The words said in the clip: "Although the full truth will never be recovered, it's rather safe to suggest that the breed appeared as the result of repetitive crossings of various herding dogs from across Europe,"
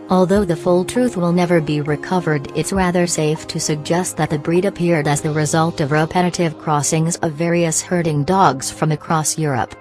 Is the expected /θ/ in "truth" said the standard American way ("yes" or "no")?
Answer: yes